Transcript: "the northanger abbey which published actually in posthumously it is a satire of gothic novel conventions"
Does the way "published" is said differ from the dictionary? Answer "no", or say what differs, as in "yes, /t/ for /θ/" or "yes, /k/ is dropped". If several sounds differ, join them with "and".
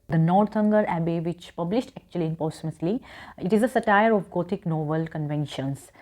no